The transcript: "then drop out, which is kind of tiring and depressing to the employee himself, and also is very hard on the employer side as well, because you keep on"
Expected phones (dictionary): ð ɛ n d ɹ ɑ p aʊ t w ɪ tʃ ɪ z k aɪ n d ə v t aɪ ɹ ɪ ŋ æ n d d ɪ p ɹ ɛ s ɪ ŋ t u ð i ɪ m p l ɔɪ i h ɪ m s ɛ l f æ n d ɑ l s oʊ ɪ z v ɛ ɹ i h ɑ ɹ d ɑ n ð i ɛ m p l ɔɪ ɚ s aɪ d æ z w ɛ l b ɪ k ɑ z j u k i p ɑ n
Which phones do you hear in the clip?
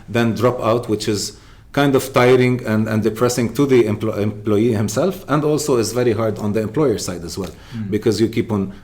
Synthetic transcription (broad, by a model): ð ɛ n d ɹ ɑ p aʊ t w ɪ tʃ ɪ z k aɪ n d ə v t aɪ ɹ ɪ ŋ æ n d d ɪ p ɹ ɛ s ɪ ŋ t u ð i ɪ m p l ɔɪ i h ɪ m s ɛ l f æ n d ɑ l s oʊ ɪ z v ɛ ɹ i h ɑ ɹ d ɑ n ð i ɛ m p l ɔɪ ɚ s aɪ d æ z w ɛ l b ɪ k ɑ z j u k i p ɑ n